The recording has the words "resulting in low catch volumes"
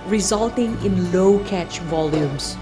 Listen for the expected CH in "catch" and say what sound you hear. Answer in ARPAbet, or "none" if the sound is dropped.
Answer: CH